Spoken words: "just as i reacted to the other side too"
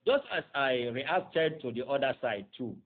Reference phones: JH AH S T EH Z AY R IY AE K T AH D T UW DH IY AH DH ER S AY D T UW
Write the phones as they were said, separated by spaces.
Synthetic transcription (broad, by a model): JH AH S T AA S AY R IY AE K T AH D T UW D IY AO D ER S AY D T UW